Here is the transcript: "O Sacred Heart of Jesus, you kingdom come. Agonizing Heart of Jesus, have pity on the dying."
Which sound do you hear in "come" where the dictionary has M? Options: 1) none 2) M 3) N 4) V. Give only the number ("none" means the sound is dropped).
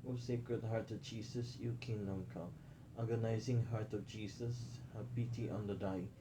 1